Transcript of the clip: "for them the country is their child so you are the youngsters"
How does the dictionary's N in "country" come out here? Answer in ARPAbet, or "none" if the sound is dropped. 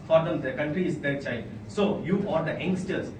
N